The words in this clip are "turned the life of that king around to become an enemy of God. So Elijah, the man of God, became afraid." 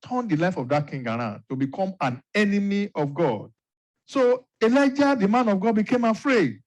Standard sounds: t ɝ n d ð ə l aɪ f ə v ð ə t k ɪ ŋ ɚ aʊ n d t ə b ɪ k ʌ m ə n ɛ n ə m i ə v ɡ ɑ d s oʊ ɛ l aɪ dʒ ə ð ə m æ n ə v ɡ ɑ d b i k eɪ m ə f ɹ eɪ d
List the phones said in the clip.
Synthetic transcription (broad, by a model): t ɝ n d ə l aɪ f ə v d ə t k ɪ ŋ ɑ aʊ n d t ə b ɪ k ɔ m ə n ɛ n ə m i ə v ɡ ɑ d s oʊ ɛ l aɪ dʒ ə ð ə m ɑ n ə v ɡ ɑ d b i k eɪ m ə f ɹ eɪ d